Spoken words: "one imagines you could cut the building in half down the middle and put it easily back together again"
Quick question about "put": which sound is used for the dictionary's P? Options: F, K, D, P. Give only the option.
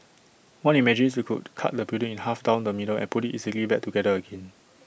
P